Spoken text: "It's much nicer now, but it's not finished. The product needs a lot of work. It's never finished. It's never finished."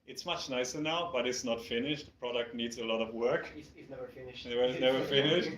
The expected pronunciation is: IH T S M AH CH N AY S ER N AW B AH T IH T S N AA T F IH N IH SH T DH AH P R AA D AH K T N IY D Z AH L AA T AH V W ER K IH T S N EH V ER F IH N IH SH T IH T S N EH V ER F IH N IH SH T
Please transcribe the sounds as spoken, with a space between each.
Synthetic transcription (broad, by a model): IH T S M AH CH N AY S ER N AW B AH T IH T S N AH T F IH N IH SH T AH P R AA D AH K T N IY D Z AH L AA T AH V W ER K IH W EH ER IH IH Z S N EH V ER F IH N IH SH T